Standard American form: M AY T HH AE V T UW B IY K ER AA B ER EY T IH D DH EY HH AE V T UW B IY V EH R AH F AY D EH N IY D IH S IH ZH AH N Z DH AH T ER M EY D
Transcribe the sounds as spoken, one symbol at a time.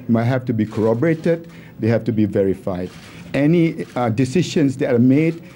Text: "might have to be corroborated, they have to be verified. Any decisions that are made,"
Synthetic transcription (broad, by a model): M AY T HH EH F T UW B IY K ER AA B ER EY T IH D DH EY HH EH F T UW B IY V EH R AH F AY D EH N IY D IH S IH SH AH N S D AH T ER M EY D